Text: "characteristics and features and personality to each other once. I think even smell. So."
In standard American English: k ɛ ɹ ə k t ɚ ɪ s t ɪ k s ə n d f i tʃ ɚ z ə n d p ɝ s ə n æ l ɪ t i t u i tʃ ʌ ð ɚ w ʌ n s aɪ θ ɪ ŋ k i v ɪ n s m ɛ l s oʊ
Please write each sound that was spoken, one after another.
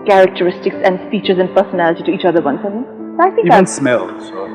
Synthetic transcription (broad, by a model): k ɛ ɹ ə k t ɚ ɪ s t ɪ k s ə n d f i tʃ ɚ z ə n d p ɝ s ə n æ l ɪ t i t u i tʃ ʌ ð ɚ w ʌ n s aɪ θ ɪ k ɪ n s m ɛ l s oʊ